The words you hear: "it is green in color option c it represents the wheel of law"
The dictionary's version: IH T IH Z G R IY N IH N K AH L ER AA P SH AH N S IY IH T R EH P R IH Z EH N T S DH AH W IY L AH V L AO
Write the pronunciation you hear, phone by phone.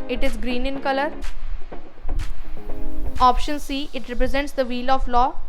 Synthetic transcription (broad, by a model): IH T IH Z G R IY N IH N K AH L ER AA P SH AH N S IY IH T R EH P R IH Z EH N T S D AH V IY L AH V L AO